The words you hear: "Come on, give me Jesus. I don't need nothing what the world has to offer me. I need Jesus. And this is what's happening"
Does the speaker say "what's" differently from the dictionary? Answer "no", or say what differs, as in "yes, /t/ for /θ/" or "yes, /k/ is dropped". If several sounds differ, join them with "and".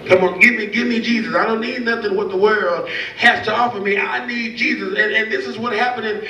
yes, /s/ is dropped